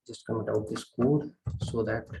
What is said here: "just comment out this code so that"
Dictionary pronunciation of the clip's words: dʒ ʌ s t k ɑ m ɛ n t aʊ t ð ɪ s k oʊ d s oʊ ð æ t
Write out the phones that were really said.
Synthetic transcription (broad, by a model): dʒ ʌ s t k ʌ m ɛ t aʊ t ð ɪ s k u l s oʊ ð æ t